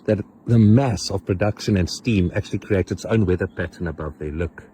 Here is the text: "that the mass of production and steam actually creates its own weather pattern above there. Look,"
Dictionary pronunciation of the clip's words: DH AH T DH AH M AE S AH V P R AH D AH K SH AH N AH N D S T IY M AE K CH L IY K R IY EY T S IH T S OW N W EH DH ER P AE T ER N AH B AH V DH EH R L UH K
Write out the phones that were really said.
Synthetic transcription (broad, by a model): DH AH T DH AH M AE S AH V P R AH D AH K SH AH N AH N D S T IY M AE K CH L IY K R IY EY T S IH T S OW N W EH DH ER P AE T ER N AH B AH V DH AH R L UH K